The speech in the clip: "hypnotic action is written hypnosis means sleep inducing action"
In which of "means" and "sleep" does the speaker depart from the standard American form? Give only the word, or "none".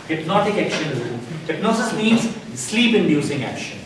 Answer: none